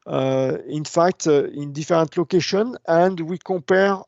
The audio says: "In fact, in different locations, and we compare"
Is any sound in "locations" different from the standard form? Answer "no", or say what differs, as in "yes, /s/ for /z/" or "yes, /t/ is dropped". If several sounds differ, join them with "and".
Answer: yes, /z/ is dropped